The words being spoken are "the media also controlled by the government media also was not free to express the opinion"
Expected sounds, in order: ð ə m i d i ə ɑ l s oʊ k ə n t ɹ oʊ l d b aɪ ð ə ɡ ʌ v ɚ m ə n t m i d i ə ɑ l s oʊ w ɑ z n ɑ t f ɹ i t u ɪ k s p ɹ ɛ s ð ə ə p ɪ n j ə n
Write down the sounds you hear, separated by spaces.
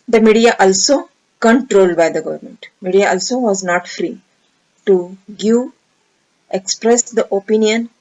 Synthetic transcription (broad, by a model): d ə m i d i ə ɑ l s oʊ k ə n t ɹ oʊ l d b aɪ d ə ɡ ʌ v ɚ m ə n t m i d i ə ɑ l s oʊ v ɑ z n ɑ t f ɹ i t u ɪ k s p ɹ ɛ s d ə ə p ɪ n j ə n